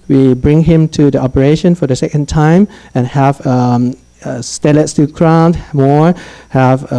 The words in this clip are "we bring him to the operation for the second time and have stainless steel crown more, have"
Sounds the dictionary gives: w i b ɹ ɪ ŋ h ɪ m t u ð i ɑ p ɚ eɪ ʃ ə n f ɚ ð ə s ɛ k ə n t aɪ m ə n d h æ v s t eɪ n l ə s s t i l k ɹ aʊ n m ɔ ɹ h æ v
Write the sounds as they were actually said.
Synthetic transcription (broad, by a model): w i b ɹ ɪ ŋ h ɪ m t u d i ɑ p ɚ eɪ ʃ ə n f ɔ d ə s ɛ k ə n t aɪ m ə n h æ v s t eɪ l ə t s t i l k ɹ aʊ n m ɔ ɹ h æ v